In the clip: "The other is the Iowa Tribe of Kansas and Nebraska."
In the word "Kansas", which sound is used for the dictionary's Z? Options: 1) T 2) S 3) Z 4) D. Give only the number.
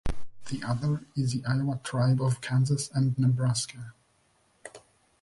3